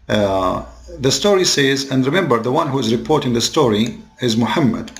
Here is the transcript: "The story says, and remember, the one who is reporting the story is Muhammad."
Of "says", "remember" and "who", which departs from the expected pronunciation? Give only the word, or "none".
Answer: none